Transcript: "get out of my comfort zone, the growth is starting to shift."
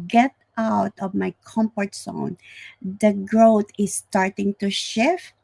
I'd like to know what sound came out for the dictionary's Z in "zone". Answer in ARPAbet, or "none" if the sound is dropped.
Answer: S